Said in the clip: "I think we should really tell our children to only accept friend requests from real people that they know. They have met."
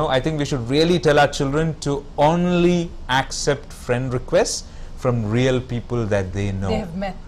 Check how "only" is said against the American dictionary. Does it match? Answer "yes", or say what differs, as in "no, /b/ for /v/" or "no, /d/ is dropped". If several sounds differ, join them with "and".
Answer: yes